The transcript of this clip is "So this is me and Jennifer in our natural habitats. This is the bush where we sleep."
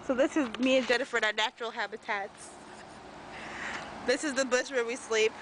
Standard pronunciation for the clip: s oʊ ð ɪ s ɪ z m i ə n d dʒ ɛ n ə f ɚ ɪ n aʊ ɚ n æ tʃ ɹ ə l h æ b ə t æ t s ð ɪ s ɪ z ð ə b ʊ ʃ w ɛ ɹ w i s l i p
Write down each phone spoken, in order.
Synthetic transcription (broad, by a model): s oʊ ð ɪ s ɪ z m i ə n d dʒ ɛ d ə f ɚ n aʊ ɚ n æ tʃ ɹ l h æ b ə t æ t s ð ɪ s ɪ z ð ə b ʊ s w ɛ ɹ w i s l i p